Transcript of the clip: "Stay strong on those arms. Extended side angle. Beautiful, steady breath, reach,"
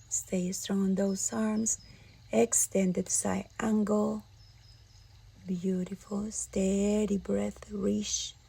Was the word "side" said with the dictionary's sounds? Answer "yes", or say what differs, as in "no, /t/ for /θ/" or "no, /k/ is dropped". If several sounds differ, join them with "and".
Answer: no, /d/ is dropped